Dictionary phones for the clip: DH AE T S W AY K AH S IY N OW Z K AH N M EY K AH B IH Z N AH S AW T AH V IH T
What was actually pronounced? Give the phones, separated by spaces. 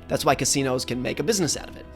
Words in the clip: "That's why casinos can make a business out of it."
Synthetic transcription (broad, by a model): DH AE T S W AY K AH S IY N OW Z K AH N M EY K AH B IH Z N AH S AW T AH V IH T